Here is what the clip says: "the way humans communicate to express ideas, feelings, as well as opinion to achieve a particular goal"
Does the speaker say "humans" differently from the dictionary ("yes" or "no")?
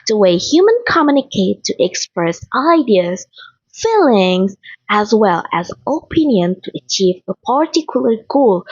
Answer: yes